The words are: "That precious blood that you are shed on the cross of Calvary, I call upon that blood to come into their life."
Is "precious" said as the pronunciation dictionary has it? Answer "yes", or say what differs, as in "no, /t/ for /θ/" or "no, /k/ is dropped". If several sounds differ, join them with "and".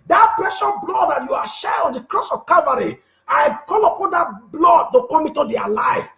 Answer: no, /s/ is dropped